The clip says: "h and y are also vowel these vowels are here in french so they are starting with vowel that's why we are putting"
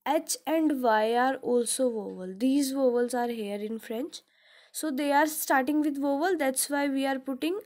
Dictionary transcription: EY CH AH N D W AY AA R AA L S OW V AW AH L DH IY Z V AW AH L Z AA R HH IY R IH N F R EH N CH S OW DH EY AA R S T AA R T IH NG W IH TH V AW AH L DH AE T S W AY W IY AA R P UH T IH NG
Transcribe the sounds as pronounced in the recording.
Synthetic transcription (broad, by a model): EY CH AH N D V AY AA R AA L S OW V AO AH L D IY Z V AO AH L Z AA R HH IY R IH N F R EH N CH S OW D EY AA R S T AA R T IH NG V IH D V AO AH L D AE T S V AY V IY AA R P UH T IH NG